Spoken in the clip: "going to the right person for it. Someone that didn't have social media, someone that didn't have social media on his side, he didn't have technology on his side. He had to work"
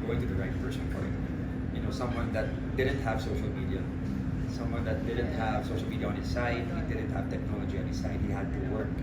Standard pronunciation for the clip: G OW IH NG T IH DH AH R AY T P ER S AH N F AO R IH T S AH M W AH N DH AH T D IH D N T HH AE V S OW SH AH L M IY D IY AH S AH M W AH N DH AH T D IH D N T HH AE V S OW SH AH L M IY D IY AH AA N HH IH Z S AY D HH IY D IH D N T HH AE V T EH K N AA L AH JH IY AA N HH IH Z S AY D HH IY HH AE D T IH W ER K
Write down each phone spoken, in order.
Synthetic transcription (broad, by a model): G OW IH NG T IH DH AH R AY T F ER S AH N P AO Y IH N S AH M W AH N DH AH T D IH D N T HH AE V S OW SH L M IY D IY AH S AH M W AH N DH AH T D IH D N T HH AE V S OW SH L M IY D IY AH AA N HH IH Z S AY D D IH D N T HH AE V T EH K N AA L AH JH IY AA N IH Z S AY D HH IY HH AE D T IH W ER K